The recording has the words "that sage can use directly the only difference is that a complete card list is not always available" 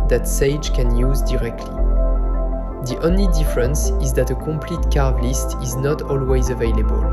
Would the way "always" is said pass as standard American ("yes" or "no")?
yes